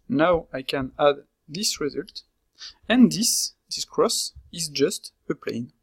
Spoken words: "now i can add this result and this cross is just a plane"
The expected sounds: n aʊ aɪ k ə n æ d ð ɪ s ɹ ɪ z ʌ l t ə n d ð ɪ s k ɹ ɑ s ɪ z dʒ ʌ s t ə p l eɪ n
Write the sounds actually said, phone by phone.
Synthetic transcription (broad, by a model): n aʊ aɪ k ə n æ d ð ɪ s ɹ ɪ z ʌ l t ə n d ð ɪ s k ɹ ɑ s ɪ z dʒ ʌ s t ə p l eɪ n